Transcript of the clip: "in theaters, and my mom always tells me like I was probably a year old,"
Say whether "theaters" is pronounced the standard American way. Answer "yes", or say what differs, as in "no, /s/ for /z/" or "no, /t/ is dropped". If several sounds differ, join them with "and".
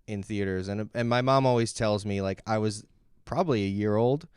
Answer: yes